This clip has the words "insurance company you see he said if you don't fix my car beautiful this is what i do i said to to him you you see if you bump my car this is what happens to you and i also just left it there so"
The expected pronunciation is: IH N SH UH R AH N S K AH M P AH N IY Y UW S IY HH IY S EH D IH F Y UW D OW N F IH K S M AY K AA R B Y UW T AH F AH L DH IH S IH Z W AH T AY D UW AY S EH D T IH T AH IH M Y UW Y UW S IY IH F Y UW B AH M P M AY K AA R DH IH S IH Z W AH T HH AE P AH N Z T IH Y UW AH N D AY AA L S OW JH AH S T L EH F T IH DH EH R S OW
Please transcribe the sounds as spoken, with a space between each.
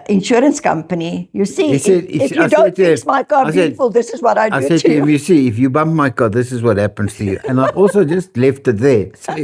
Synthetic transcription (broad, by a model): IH N SH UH R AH N S K AH M P AH N IY Y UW S IY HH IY S EH D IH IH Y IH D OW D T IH S M AY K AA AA S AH F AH L DH IH S IH Z W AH T AY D AY S EH D T IH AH IH M Y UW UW S IY IH F Y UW B AH M P M AY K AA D DH IH S IH Z W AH T HH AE P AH N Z T IH Y UW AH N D AY AA L S OW JH AH S T L EH F T IH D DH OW